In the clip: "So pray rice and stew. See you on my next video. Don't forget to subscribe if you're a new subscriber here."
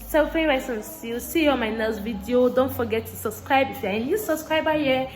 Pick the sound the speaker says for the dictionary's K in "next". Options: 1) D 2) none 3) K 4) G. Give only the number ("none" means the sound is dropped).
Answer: 2